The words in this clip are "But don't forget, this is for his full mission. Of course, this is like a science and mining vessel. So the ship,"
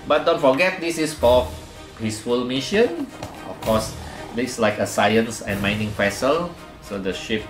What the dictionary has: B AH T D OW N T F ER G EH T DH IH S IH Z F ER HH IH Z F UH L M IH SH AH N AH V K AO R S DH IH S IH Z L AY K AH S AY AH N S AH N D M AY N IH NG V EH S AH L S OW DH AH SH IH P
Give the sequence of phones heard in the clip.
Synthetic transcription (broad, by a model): B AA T D OW N T F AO G EH T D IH S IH S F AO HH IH S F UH L M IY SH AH N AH F K AO S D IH S L AY K AH S AY AH N S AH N M AY N IH NG P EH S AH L S OW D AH SH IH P